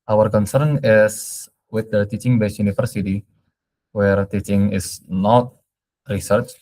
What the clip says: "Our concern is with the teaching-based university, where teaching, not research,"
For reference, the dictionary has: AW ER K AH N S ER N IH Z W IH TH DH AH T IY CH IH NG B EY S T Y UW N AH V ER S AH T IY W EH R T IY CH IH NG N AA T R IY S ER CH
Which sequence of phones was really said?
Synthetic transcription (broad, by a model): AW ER K AH N S ER N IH S W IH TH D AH T IY CH IH NG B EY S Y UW N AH F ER S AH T IY W EH R T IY CH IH NG N AA T R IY S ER CH